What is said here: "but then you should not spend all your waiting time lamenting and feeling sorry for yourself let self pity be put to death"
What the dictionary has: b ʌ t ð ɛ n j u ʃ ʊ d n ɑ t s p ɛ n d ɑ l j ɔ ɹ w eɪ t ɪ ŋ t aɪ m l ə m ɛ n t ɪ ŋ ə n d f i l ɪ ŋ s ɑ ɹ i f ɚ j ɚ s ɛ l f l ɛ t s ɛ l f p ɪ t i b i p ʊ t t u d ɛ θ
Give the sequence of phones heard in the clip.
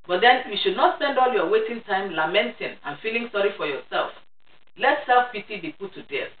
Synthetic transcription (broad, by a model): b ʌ t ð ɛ n j u ʃ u d n ɑ t s p ɛ n d ɑ l j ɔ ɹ w eɪ t ɪ ŋ t aɪ m l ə m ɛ n t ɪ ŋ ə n f i l ɪ ŋ s ɑ ɹ i f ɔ j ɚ s ɛ l f l ɛ t s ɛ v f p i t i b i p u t t u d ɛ